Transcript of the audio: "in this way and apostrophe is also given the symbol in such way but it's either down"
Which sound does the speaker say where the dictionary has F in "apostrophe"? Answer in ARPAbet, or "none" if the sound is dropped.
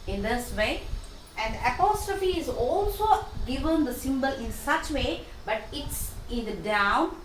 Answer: F